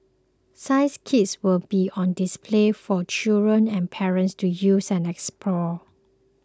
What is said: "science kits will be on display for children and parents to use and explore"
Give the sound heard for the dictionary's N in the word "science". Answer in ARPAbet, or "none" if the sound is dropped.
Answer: none